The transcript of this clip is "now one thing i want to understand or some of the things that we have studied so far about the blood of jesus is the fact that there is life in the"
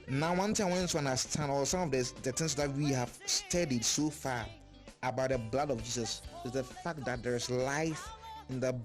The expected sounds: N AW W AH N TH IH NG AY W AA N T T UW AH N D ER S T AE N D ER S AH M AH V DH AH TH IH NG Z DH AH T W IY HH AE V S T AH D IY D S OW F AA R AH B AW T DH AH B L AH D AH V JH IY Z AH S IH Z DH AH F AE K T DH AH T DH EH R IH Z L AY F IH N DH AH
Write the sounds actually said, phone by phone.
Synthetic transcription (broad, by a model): N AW W AH N T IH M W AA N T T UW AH N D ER S T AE N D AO S AH M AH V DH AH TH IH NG S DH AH T W IY HH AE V S T AH D IY D S OW F AA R AH B AW T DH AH B L AH D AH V JH IY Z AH S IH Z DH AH F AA K T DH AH T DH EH R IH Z L AY F IH N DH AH